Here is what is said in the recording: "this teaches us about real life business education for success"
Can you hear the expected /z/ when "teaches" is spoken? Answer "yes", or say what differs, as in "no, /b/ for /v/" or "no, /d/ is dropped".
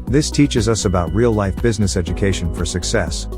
yes